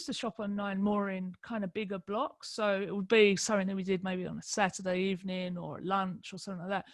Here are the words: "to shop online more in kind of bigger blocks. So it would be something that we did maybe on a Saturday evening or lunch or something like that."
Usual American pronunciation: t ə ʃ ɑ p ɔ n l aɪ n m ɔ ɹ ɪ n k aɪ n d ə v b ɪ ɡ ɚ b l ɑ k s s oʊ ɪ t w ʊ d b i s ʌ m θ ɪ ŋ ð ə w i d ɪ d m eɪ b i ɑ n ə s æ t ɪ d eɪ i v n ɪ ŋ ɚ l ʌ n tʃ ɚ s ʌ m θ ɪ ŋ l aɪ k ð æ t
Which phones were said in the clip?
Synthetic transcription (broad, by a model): t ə ʃ ɑ p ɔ n aɪ n m ɔ ɹ ɪ n k aɪ n d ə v b ɪ ɡ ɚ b l ɑ k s s oʊ ɪ t w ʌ d b i s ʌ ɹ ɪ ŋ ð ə w i d ɪ d m eɪ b i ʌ n ə s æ t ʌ d eɪ i v n ɪ ŋ ɚ l ʌ n tʃ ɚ s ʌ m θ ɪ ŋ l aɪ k ð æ t